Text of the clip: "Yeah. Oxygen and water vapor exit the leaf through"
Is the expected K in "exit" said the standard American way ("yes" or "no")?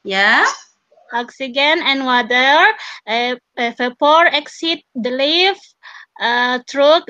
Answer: yes